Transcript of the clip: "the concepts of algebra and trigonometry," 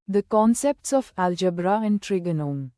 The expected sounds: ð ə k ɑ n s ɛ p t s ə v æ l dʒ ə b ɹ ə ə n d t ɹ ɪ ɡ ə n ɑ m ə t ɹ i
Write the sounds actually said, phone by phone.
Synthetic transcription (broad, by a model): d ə k ɑ n s ɛ p t s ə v æ l dʒ ə b ɹ ə ə n d t ɹ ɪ ɡ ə n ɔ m